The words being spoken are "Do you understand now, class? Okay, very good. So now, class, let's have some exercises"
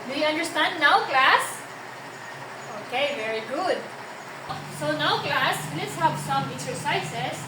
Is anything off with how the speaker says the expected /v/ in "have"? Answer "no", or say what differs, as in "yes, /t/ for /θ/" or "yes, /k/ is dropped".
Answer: yes, /p/ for /v/